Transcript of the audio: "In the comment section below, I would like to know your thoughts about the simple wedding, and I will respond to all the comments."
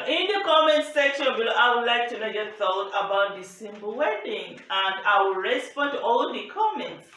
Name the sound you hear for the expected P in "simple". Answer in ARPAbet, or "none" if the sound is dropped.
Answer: B